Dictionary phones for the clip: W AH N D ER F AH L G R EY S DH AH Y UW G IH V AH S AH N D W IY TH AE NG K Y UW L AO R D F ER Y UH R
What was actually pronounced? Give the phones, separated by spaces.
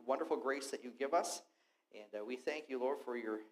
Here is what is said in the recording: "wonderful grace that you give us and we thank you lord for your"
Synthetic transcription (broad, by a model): W AH N D ER F L G R EY S DH AH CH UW G IH V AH S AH N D W IY TH AE NG K Y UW L AO R D F ER Y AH R